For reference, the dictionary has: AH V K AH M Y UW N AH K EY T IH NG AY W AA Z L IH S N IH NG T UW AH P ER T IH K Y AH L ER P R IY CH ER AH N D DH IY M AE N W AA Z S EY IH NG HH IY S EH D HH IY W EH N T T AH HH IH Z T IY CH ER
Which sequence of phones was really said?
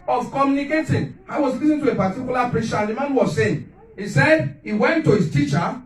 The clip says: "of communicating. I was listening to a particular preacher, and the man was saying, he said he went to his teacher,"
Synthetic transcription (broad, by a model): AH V K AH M Y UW N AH K EY T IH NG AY W AA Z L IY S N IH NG T UW AH P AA T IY K Y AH L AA P R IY SH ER AH N D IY M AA N W AA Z S EY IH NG HH IY S EH D HH IY W EH N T T AH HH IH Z T IY CH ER